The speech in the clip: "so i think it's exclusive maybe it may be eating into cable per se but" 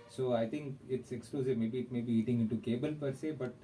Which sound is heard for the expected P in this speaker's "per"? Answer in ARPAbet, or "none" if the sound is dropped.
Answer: P